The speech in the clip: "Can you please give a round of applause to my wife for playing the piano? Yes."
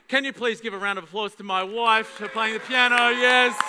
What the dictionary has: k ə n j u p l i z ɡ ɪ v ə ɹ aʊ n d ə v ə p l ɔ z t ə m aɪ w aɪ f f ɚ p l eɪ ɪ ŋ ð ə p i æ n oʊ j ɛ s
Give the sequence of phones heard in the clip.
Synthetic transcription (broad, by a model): k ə n j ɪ p l i z ɡ ɪ v ə ɹ aʊ n d ə v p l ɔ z t ə m aɪ w aɪ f f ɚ p l eɪ ɪ ŋ ð ə p i æ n oʊ j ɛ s